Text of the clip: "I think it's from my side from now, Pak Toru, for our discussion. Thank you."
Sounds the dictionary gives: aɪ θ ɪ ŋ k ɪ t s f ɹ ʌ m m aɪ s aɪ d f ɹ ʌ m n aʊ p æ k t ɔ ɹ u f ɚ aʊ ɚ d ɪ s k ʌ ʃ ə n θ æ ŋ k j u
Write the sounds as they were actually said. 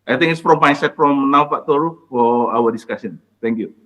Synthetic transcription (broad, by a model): aɪ t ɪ ŋ ɪ t s f ɹ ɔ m m aɪ s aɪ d f ɹ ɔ m n aʊ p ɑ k t ɔ ɹ u f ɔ aʊ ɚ d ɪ s k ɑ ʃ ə n t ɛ ŋ k j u